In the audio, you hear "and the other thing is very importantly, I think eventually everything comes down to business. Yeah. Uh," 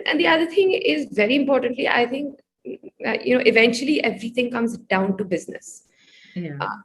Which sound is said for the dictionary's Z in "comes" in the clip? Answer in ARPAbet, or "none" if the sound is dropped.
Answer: Z